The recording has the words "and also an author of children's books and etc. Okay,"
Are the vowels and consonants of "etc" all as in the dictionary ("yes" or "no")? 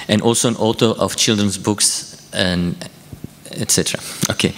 yes